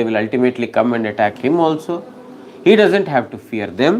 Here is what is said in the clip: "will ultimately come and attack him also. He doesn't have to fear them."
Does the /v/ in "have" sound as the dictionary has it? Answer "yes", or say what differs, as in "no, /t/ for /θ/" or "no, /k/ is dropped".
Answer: yes